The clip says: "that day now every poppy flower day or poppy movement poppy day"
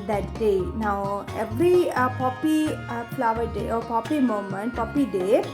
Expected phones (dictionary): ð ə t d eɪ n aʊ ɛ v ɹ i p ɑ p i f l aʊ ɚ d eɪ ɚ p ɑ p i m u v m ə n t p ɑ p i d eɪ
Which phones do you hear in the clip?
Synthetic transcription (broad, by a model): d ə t d eɪ n aʊ ɛ v ɹ i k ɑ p i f l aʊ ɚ d eɪ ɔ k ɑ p i m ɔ m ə n t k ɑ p i d eɪ